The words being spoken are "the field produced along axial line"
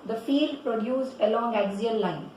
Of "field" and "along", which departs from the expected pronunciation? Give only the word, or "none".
field